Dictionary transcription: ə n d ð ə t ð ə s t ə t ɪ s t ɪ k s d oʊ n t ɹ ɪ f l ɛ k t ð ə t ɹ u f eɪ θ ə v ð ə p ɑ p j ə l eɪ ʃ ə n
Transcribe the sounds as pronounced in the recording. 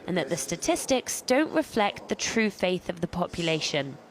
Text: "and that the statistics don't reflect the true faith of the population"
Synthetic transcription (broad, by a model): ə n ð ə t ð ə s t ə t ɪ s t ɪ k s d oʊ n t ɹ ɪ f l ɛ k t ð ə t ɹ u f eɪ θ ə v ð ə p ɑ p j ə l eɪ ʃ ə n